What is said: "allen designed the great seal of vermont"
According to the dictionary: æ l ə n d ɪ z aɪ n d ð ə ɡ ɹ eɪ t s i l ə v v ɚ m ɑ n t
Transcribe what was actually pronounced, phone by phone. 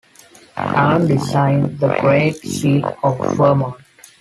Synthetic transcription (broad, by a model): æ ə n d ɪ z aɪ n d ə ɡ ɹ eɪ t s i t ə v f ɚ m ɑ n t